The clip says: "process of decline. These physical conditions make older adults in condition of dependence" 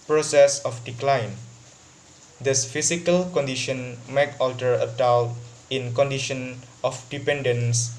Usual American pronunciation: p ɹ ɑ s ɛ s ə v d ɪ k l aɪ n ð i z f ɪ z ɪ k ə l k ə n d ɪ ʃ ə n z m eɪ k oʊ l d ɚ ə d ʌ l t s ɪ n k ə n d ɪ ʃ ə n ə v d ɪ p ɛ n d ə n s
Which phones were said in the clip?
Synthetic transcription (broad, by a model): p ɹ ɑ s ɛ s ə f d ɪ k l aɪ n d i s f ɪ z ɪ k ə l k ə n d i ʃ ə n m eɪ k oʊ l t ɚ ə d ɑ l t ɪ n k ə n d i ʃ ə n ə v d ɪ p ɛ n d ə n s